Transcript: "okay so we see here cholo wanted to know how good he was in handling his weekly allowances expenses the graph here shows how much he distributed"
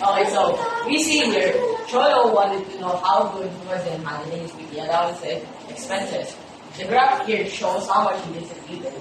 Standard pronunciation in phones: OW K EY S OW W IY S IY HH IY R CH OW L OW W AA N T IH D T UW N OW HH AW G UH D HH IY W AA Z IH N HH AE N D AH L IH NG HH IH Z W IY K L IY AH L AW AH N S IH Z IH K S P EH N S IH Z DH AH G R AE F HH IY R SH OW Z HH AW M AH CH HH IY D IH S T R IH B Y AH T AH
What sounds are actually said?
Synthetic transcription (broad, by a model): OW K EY S OW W IY S IY HH IY R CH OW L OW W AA N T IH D T UW N OW HH AW G UH D HH IY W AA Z IH N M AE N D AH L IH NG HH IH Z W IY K IY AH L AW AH S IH IH K S P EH N S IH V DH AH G R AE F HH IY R SH OW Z HH AW M AH CH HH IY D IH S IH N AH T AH